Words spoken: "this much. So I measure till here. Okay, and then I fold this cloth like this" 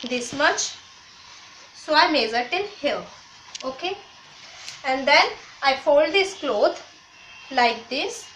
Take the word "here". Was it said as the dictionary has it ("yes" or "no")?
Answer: no